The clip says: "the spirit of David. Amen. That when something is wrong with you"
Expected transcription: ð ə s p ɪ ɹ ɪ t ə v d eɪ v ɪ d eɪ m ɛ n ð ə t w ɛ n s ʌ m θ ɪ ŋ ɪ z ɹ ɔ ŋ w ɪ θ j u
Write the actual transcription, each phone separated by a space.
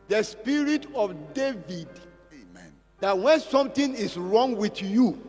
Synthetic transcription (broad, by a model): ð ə s p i ɹ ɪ t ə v d eɪ v ɪ d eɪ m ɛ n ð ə t w ɛ n s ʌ m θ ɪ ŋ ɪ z ɹ ɔ ŋ w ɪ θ j u